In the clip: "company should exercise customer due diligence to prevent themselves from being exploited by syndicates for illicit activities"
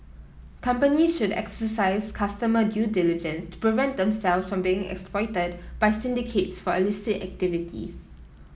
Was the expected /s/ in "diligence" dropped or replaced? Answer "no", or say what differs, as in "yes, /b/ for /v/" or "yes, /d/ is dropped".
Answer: no